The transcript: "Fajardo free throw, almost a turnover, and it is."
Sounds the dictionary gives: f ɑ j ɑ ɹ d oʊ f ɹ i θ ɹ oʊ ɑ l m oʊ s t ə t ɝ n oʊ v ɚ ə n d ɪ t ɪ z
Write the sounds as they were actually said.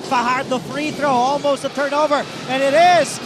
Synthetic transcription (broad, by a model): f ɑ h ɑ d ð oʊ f ɹ i θ ɹ oʊ ɑ l m oʊ s t ə t ɝ n oʊ v ɚ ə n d ɪ t ɪ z